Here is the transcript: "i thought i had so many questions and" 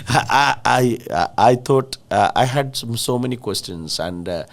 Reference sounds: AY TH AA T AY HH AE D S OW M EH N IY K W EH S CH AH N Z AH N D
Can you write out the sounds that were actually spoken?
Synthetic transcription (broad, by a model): AY T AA T AY HH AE D S OW M EH N IY K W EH S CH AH N S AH N D